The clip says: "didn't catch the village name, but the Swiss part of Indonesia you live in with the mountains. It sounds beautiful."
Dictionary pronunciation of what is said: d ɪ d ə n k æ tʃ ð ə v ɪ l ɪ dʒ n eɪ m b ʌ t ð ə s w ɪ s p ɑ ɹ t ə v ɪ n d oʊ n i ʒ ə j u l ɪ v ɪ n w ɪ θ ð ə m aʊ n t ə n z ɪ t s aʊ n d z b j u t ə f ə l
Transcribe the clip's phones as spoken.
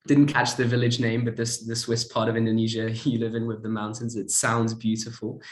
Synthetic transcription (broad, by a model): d ɪ d n k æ tʃ ð ə v ɪ l ɪ dʒ n eɪ m b ʌ t ð ə s w ɪ s p ɑ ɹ t ə v ɪ n d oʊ n i ʒ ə j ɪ l ɪ v ɪ n w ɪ ð ə m aʊ n t ə n z ɪ t s aʊ n d z b j u t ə f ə l